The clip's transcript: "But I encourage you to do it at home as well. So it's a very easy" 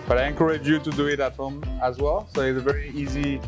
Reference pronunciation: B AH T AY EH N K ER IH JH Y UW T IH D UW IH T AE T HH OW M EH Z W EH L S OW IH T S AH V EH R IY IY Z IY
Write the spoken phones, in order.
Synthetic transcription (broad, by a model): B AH T AY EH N K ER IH JH Y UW T IH D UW IH T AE T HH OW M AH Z W EH L S OW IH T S AH V EH R IY IY Z IY